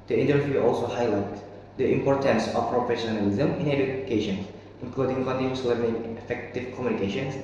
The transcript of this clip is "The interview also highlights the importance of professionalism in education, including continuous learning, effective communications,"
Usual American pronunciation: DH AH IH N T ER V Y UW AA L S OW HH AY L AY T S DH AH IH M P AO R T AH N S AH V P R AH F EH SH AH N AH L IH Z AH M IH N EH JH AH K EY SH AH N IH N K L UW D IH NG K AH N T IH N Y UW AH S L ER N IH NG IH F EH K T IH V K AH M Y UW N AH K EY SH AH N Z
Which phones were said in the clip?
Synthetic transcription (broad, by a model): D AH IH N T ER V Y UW AA L S OW HH AY L AY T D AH IH M P AO R T AH N S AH F P R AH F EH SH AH N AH L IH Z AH M IH N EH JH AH K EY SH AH N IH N K L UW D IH NG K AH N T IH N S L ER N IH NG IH F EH K T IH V K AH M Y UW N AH K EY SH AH N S